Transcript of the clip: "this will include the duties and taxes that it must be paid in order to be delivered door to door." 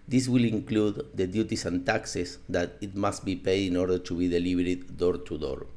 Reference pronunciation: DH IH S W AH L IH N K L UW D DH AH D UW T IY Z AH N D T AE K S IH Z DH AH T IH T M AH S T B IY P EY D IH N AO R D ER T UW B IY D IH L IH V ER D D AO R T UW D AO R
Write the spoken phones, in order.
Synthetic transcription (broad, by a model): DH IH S W AH L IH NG K L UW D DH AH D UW T IY S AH N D T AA K S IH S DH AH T IH T M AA S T B IY P EY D IH N AO R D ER T UW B IY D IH L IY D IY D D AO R T UW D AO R